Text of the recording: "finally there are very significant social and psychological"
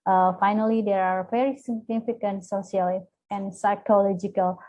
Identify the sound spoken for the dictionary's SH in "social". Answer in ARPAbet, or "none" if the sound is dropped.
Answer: none